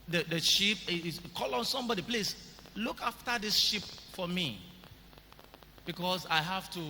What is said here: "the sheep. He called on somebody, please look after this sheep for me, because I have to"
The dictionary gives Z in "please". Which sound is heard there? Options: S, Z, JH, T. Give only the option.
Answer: S